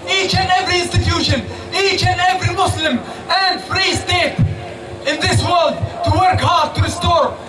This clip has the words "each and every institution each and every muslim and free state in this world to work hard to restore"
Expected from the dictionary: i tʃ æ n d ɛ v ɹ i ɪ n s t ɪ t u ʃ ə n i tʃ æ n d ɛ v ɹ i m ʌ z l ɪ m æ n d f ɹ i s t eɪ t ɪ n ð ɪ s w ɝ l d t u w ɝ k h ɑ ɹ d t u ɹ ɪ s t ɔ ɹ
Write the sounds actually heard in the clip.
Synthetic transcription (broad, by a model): i tʃ æ n d ɛ v ɹ i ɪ n s t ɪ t u ʃ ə n i tʃ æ n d ɛ v ɹ i m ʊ s l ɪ m æ n d f ɹ i s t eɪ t ɪ n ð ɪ s w ɝ l d t u w ɝ k h ɑ ɹ d t u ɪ s t ɔ ɹ